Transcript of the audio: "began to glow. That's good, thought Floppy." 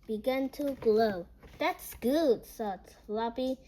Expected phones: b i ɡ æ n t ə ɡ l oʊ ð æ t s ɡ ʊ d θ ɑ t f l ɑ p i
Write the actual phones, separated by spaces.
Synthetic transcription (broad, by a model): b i ɡ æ n t ə ɡ l oʊ ð æ t s ɡ ʊ d s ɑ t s l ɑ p i